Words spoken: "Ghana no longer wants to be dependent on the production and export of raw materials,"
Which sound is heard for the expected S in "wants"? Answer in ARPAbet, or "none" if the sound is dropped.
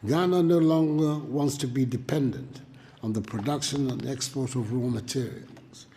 S